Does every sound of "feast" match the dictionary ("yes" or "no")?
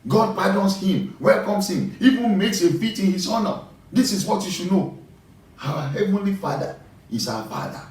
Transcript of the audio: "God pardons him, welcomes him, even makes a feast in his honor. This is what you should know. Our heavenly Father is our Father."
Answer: no